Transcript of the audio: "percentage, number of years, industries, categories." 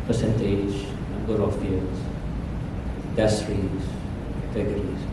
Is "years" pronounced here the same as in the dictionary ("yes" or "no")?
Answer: no